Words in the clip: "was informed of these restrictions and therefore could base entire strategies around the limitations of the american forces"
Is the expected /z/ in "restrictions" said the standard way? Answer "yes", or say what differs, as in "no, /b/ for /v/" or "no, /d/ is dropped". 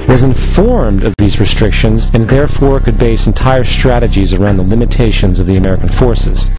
yes